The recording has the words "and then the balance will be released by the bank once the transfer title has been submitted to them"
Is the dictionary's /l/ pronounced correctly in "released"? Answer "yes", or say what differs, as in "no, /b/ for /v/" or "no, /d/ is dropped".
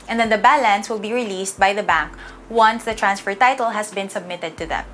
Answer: yes